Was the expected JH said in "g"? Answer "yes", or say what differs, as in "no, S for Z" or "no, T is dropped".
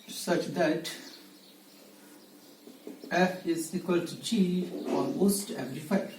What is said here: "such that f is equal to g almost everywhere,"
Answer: no, CH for JH